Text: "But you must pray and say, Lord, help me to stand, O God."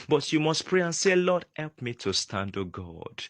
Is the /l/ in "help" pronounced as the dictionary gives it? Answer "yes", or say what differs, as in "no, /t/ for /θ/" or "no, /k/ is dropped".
yes